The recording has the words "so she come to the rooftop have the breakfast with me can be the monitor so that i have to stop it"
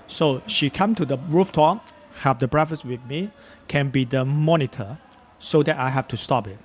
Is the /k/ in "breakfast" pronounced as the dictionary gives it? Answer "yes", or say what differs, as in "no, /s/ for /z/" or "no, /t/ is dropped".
no, /k/ is dropped